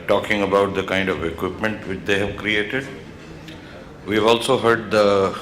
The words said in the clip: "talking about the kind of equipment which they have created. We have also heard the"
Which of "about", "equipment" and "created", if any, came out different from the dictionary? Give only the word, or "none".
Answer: none